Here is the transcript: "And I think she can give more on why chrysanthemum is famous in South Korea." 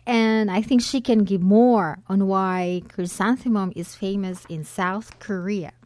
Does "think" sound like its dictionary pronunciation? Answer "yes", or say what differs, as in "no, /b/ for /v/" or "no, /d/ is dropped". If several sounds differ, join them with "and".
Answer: yes